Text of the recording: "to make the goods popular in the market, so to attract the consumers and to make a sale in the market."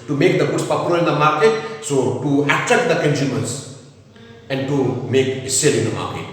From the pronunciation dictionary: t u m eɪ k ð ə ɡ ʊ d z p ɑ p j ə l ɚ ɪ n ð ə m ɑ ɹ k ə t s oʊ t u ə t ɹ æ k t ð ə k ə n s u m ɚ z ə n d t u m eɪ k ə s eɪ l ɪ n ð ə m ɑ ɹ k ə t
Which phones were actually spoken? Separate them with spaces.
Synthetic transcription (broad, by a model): t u m eɪ k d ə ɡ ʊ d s p ɑ p j ə l ɚ ɪ n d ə m ɑ ɹ k ə t s oʊ t u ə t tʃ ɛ t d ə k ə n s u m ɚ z ə n d t u m eɪ k s eɪ l ɪ n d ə m ɑ ɹ k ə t